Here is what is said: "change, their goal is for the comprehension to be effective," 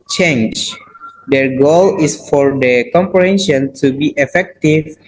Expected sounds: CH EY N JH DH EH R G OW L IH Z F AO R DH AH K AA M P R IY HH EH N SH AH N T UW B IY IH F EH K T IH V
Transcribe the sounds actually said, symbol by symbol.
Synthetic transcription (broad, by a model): CH EY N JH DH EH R G OW L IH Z F AO R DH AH K AA M P R IY HH EH N SH AH N T UW B IY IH F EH K T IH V